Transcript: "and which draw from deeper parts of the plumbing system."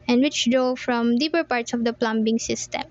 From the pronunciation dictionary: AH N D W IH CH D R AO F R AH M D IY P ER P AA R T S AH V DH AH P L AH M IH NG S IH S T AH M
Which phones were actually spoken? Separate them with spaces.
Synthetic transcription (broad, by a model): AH N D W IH CH D R AO F R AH M D IY P ER P AA R T S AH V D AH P L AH M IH NG S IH S T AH M